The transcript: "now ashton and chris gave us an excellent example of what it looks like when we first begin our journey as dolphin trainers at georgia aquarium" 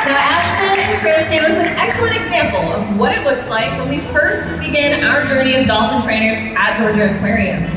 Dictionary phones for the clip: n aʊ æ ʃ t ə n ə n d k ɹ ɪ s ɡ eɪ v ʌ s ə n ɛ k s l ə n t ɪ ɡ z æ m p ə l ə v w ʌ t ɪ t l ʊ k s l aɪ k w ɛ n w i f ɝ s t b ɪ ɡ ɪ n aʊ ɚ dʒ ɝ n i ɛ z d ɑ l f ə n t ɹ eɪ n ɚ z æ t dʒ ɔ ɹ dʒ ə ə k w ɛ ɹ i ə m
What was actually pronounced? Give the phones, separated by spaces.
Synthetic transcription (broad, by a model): n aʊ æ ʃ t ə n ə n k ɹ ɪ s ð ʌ w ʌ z n ɛ k s l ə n t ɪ ɡ z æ m p l ə v w ʌ t ɪ t l ʊ k s l aɪ k w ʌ n w i f ɝ s t b ɪ ɡ ɪ n aʊ ɚ dʒ ɝ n i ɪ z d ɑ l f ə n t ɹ eɪ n ɚ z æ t dʒ ɔ ɹ dʒ ə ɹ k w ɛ ɹ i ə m